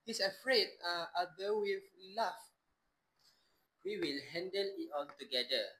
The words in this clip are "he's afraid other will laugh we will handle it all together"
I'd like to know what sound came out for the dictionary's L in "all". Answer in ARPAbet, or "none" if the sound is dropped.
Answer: N